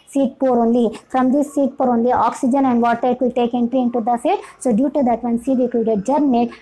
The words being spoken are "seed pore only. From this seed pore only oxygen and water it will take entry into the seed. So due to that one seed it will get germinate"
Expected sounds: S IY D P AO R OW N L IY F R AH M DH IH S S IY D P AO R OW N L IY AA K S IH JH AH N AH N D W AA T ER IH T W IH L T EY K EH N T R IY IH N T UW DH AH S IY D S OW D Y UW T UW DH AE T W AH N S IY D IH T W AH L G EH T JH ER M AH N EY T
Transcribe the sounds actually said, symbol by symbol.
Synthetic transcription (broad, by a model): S IY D P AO R OW N L IY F R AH M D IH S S IY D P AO R OW N L IY AA K S IH JH AH N AH N D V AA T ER IH T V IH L T EY K EH N T R IY IH N T UW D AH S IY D S OW D Y UW T UW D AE T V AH N S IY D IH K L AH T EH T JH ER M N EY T